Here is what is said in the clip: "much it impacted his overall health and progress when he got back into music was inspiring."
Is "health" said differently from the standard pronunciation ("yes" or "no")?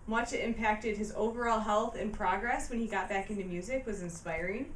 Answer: no